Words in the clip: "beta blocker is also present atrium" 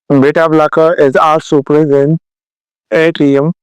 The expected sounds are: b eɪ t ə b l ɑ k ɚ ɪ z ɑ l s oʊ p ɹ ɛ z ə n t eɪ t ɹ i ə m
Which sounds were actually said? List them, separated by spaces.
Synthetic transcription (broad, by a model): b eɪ t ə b l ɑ k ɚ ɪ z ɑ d s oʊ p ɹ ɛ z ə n eɪ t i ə m